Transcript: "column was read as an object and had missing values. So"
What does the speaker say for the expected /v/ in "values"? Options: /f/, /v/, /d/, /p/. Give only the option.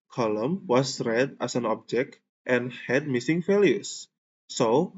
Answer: /f/